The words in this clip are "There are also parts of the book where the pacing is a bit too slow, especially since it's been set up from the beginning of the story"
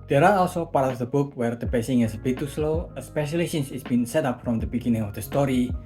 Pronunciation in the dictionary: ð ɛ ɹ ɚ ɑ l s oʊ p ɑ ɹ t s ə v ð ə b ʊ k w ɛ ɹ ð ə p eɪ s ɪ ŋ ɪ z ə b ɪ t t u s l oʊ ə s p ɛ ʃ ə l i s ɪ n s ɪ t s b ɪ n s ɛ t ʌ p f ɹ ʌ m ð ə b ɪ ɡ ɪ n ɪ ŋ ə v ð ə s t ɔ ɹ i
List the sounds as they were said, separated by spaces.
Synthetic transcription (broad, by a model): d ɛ ɹ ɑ ɑ l s oʊ p ɑ ɹ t ə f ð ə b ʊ k w ɛ ɹ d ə p eɪ s ɪ ŋ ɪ s ə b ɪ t t u s l oʊ ə s p ɛ ʃ ə l i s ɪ n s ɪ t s b ɪ n s ɛ t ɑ p f ɹ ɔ m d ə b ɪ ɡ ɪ n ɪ ŋ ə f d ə s t ɔ ɹ i